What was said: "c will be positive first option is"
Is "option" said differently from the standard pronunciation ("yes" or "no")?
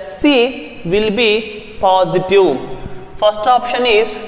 no